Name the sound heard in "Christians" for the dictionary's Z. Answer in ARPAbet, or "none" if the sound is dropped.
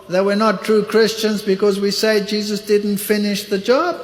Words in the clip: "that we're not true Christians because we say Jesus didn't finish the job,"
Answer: Z